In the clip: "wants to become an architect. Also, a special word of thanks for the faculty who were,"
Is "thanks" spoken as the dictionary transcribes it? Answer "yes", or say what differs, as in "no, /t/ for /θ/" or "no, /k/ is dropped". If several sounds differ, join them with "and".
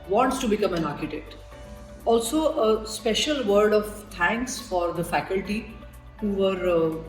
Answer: no, /t/ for /θ/